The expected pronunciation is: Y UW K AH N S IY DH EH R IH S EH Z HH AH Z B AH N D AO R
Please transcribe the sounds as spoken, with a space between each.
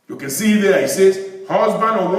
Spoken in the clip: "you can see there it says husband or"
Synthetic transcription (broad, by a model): Y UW K AH N S IY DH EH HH IH S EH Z HH AH Z B AH N D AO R